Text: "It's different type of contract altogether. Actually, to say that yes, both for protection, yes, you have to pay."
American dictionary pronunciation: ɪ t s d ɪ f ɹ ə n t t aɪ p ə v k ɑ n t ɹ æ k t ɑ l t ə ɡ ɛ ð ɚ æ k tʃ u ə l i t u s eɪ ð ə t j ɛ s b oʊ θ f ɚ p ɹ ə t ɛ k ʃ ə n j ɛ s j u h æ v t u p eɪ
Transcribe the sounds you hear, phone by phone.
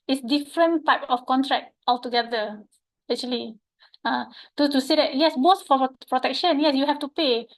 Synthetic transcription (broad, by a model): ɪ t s d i f ɹ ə n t t aɪ p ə f k ɑ n t ɹ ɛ k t ɑ l t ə ɡ ɛ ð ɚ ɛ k tʃ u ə l i t u s eɪ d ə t j ɛ s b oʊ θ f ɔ p ɹ ə t ɛ k ʃ ə n j ɛ s j u h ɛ f t u p eɪ